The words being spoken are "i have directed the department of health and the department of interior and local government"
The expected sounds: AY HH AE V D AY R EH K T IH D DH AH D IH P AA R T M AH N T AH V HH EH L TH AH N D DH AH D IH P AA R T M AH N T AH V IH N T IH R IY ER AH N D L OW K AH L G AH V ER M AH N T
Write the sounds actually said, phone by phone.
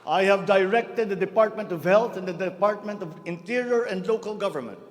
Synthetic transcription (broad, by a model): AY HH AE V D AY R EH K T IH D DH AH D IH P AA R T M AH N T AH V HH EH L T AH N D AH D IH P AA R T M AH N T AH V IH N T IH R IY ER AH N D L OW K AH L G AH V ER M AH N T